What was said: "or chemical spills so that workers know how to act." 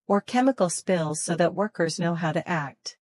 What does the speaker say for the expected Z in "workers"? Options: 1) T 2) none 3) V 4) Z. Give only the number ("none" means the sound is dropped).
4